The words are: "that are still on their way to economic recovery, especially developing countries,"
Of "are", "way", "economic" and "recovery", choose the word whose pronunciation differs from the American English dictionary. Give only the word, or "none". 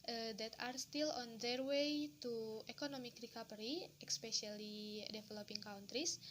recovery